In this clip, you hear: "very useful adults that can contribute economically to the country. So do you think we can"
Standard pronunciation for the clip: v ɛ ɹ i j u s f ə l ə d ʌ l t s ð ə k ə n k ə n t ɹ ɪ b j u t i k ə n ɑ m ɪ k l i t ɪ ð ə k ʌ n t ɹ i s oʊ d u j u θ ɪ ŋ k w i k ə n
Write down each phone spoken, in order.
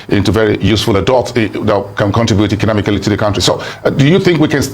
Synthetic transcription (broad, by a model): v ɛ ɹ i j u s f ə l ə d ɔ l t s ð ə k ə n k ə n t ɹ ɪ b j u t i k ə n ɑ m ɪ k l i t ɪ ð ə k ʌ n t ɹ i s oʊ d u j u θ ɪ ŋ k w i k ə n